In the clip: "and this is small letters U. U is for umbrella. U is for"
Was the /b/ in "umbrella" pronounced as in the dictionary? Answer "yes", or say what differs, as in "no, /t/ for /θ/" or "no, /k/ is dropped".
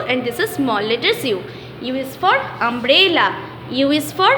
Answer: yes